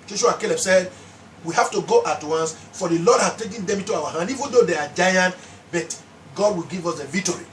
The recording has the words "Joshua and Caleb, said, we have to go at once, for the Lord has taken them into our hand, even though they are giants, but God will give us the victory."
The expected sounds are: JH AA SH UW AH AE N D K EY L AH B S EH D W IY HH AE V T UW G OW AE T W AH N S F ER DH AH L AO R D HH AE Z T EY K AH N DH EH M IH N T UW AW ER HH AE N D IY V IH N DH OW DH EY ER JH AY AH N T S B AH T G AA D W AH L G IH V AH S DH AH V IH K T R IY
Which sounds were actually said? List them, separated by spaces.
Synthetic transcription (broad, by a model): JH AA SH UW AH K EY L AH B S EH D W IY HH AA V T UW G OW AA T W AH N S F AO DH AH L AO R D HH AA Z T EY K AH N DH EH M IH N T UW AW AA HH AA N D IY V IH N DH OW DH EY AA JH AY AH N T B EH T G AA D W AH L G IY V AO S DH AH V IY K T R IY